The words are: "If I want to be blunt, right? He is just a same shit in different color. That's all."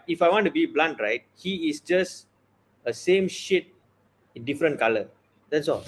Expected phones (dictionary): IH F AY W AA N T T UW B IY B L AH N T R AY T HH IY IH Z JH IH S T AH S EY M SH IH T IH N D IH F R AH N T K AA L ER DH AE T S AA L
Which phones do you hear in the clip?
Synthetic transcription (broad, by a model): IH F AY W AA N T T UW B IY B L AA N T R AY T HH IY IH S JH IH S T AH S EY M SH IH T IH N D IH F R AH N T K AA L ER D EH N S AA